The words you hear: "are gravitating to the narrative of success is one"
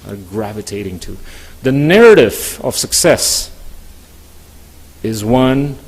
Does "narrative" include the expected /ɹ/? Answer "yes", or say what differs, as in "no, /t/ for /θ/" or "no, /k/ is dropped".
yes